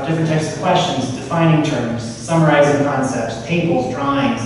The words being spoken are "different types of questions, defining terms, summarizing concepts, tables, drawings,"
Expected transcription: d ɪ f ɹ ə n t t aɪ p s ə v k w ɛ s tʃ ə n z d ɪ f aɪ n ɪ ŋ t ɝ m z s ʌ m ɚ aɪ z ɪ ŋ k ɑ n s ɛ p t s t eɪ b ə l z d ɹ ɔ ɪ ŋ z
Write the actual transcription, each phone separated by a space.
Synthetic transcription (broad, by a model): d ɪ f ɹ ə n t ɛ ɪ s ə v k w ɛ s tʃ ə n z d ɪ f aɪ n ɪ ŋ t ɝ m z s ʌ m ɚ aɪ z ɪ ŋ k ɑ n s ɛ p t s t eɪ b l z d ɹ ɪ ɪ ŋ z